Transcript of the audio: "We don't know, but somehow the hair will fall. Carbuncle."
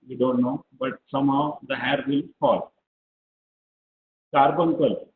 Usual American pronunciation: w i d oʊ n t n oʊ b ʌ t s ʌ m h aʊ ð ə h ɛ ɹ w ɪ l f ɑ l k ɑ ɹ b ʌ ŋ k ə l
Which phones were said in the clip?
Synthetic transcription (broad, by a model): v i d oʊ n t n oʊ b ʌ t s ʌ m h aʊ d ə h ɛ ɹ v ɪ l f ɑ l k ɑ ɹ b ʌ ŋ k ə l